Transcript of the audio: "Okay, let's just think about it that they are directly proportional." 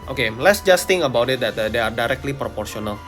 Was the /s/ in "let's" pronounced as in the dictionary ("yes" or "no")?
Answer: yes